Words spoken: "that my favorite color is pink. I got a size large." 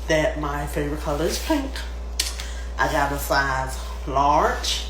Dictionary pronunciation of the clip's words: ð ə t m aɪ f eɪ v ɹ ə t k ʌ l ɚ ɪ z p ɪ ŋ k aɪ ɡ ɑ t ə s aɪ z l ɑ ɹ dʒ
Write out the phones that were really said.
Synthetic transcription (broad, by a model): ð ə t m aɪ f eɪ v ɹ ə t k ʌ l ɚ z p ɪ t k aɪ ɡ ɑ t ə s aɪ z l ɑ ɹ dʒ